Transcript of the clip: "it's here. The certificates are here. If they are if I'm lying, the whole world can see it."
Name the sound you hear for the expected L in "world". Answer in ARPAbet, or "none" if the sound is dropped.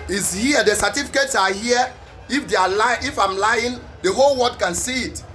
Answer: none